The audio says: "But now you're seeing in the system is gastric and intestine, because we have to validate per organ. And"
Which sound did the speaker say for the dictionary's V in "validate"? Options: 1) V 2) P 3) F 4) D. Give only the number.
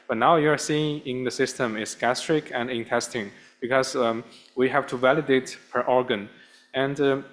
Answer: 1